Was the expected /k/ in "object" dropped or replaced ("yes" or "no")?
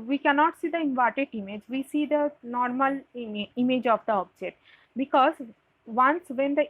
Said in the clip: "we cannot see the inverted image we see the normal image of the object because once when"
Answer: yes